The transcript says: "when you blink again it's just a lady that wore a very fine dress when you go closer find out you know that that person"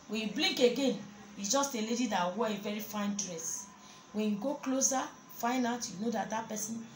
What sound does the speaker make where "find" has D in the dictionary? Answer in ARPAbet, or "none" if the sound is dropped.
none